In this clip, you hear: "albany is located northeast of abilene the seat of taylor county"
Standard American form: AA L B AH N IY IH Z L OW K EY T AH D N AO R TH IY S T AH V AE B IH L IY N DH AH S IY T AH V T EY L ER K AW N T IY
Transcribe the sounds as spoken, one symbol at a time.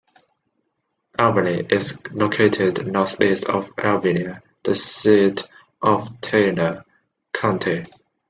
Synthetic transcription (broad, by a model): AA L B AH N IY IH Z L OW K EY T AH D N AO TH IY S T AH V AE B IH N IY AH DH AH S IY T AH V T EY N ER K AW N T IY